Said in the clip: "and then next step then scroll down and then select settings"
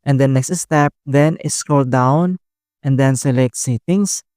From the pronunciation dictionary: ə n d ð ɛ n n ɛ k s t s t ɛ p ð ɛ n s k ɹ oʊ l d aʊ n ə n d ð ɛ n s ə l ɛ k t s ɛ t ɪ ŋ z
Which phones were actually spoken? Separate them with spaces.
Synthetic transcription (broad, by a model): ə n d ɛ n n ɛ k s t s t ɛ p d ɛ n s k oʊ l d aʊ n ə n d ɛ n s ə l ɛ k t s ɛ t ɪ ŋ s